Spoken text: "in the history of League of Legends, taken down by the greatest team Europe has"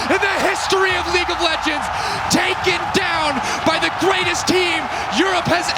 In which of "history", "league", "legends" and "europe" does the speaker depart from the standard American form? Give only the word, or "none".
none